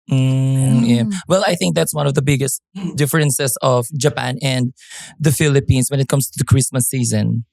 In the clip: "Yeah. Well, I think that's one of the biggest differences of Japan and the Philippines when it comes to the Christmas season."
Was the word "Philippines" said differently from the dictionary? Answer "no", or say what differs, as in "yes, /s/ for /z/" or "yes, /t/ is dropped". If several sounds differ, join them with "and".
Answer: yes, /s/ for /z/